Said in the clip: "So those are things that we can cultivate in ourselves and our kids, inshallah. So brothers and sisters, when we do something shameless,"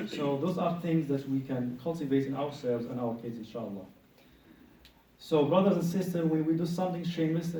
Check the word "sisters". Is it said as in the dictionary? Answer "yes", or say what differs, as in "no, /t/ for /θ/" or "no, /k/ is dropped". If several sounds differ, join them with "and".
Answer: no, /z/ is dropped